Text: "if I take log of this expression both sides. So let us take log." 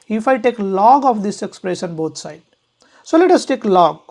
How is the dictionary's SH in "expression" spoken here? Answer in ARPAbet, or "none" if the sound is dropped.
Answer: S